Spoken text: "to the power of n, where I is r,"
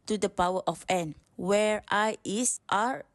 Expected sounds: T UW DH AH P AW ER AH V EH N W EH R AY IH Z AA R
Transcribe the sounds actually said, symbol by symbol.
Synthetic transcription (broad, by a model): T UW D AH P AW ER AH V EH N W EH R AY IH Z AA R